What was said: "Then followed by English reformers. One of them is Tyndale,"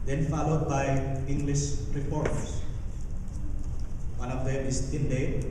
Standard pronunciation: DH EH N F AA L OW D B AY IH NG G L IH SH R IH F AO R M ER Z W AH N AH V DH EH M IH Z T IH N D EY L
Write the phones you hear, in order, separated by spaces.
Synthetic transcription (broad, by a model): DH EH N F AA L OW D B AY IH NG G L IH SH R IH P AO R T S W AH N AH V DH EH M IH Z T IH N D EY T